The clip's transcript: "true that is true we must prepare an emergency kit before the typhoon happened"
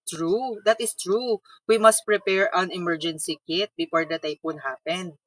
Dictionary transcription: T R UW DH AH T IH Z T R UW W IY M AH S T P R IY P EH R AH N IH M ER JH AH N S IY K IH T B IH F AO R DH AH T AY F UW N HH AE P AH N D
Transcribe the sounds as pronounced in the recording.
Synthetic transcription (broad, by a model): T R UW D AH T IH S T R UW W IY M AH S T P R IY P EH R AH N IH M ER JH AH N S IY K IH T B IH F AO R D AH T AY P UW N HH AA P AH N D